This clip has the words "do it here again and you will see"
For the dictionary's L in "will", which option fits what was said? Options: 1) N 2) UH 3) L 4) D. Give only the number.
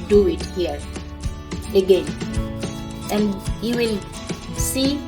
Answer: 3